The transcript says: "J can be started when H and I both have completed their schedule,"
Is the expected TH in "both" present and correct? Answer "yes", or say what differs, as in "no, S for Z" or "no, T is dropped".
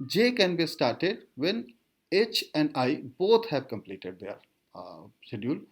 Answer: no, T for TH